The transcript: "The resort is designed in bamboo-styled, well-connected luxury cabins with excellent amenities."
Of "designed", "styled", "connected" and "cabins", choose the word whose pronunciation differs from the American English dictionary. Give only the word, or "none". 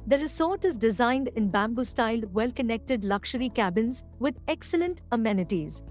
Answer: none